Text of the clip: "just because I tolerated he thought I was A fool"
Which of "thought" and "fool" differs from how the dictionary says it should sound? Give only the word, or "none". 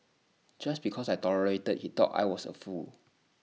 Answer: thought